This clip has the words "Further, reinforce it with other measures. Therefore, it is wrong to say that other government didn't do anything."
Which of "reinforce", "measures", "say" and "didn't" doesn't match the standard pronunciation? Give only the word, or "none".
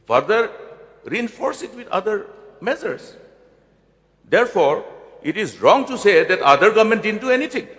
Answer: measures